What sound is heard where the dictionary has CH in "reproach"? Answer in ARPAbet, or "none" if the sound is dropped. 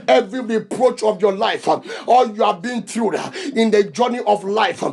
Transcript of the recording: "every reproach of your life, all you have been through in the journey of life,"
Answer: CH